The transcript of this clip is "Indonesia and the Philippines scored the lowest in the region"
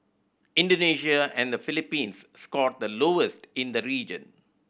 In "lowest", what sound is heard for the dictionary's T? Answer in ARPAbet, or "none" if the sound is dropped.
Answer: T